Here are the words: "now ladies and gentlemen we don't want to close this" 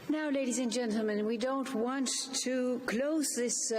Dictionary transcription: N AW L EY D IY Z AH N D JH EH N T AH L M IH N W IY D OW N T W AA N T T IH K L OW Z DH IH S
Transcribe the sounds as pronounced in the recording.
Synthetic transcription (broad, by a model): N AW L EY D IY Z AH N JH EH N T L M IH N W IY D OW N T W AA N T T IH K L OW Z DH IH S